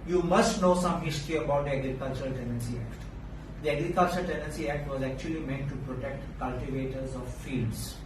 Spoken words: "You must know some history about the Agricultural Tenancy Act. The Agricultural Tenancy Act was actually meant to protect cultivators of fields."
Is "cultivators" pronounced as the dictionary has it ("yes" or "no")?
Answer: yes